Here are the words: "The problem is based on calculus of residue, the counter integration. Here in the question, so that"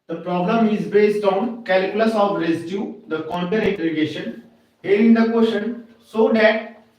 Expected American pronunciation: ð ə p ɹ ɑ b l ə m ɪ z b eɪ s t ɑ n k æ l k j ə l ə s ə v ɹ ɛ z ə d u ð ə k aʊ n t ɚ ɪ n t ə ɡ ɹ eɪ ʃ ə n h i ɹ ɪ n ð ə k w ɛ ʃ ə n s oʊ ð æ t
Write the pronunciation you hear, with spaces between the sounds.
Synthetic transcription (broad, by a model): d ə p ɹ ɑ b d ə m ɪ z b eɪ s t ɑ n k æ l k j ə l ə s ə v ɹ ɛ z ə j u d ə k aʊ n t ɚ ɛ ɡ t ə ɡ eɪ ʃ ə n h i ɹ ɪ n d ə k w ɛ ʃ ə n s oʊ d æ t